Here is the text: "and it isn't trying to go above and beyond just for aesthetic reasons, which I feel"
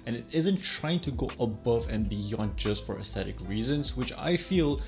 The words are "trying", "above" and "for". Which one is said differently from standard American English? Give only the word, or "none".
none